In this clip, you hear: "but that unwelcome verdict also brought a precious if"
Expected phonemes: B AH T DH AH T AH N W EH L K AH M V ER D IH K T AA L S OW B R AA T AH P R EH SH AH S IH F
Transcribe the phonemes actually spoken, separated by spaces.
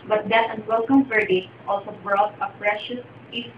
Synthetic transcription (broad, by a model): B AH T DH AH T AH N W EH L K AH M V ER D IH T AA L S OW B R AA T AH P R EH SH AH S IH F